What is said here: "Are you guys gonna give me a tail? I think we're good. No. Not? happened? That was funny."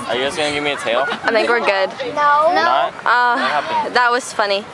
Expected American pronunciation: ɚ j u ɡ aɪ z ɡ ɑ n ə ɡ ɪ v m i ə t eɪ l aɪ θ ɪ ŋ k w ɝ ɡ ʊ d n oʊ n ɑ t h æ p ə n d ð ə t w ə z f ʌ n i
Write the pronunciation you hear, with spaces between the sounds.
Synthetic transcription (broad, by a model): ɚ j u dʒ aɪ s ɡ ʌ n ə ɡ ɪ v m i ə t eɪ l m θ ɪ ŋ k w ɝ ɡ ʊ d n oʊ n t t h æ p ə ð ə t w ə z f ʌ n i